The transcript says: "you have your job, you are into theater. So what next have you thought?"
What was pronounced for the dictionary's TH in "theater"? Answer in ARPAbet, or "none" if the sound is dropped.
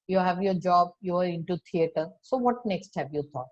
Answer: T